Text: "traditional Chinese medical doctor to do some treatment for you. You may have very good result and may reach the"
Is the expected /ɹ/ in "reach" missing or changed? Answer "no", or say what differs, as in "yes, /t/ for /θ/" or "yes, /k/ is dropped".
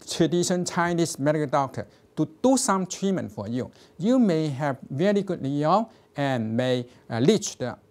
yes, /l/ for /ɹ/